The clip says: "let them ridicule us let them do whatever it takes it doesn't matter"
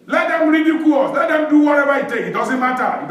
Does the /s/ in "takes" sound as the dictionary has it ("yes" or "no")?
no